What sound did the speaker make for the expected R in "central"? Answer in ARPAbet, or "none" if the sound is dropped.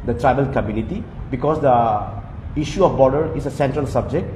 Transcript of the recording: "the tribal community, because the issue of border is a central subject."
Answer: R